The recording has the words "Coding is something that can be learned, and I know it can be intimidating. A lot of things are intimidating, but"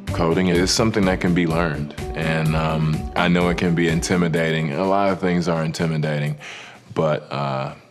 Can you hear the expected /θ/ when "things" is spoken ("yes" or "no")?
yes